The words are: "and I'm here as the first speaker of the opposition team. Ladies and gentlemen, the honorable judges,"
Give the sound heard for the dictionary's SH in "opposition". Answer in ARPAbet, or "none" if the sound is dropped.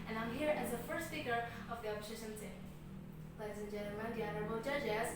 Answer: S